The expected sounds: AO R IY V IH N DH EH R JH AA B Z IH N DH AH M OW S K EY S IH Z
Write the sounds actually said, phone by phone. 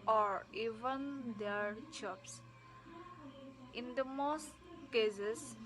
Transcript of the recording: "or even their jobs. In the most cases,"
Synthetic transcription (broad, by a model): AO R IY V IH N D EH R CH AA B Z IH N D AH M OW S K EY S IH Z